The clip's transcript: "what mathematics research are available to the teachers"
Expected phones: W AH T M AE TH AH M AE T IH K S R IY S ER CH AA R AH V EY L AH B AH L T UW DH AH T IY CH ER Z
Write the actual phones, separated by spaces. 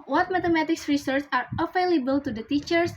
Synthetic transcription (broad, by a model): W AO T M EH T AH M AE T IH K S R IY S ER S AA R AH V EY L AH B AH L T UW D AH T IY CH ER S